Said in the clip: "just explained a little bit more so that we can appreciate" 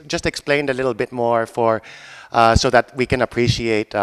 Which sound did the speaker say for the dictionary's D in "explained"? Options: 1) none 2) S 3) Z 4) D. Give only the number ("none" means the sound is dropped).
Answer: 4